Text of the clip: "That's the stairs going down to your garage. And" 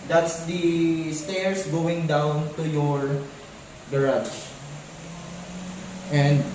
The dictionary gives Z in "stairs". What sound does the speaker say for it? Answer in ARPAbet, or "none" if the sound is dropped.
S